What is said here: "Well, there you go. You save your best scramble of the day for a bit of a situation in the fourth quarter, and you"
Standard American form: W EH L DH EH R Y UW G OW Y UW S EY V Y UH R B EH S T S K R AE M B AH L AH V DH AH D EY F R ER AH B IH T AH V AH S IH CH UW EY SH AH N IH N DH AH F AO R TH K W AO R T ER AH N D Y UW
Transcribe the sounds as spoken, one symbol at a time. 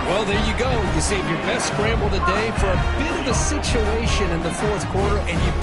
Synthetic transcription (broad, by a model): W EH L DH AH R Y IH G OW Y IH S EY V Y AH R B EH S T S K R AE M B L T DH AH D EY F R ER AH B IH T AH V AH S IH CH UW EY SH AH N IH N DH AH F AO R TH K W AO R T ER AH N Y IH